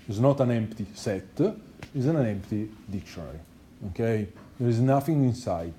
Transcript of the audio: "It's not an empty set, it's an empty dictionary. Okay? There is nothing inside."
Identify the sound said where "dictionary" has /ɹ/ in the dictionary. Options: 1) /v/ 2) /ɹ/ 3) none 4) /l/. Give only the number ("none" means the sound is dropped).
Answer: 4